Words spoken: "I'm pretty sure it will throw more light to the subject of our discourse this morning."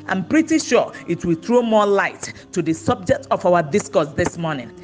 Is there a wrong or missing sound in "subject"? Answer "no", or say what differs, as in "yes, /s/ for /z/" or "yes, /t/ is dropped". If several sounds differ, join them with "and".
no